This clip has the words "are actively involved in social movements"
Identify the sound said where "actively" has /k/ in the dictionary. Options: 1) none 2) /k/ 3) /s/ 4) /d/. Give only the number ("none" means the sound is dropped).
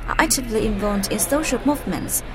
1